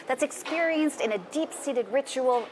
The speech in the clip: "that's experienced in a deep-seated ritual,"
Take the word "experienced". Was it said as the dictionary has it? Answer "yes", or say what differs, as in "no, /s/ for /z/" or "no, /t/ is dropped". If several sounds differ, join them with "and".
yes